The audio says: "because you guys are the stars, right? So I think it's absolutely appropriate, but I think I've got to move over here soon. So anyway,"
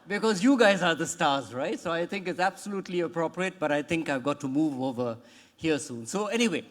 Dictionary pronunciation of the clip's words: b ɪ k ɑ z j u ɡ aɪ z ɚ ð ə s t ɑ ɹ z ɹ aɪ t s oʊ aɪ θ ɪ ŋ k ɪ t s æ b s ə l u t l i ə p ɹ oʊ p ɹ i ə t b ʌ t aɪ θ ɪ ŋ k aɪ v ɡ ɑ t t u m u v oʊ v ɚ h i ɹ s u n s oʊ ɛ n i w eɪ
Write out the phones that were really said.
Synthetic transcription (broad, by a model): b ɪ k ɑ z j u ɡ aɪ z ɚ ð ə s t ɑ ɹ z ɹ aɪ t s oʊ aɪ t ɪ ŋ k ɪ t s æ b s ə l u t l i ə p ɹ oʊ p ɹ i ə t b ʌ t aɪ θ ɪ ŋ k aɪ v ɡ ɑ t t u m u v oʊ v ɚ h i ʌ s u n s oʊ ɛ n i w eɪ